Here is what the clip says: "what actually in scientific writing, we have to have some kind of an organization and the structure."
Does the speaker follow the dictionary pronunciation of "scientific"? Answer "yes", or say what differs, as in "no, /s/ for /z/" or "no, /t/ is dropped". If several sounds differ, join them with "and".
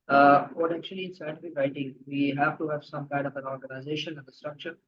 no, /n/ is dropped